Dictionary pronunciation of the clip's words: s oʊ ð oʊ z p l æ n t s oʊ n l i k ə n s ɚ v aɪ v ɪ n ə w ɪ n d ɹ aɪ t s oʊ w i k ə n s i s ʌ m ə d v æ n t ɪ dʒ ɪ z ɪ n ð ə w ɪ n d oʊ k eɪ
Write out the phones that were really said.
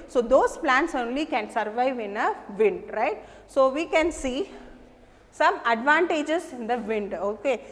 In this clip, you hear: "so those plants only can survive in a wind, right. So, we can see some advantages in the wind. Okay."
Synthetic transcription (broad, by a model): s oʊ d oʊ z p l æ n t s oʊ n l i k ə n s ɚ v aɪ v ɪ n ə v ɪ n d ɹ aɪ t s oʊ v i k ə n s i s ʌ m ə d v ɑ n t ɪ dʒ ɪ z ɪ n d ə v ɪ n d oʊ k eɪ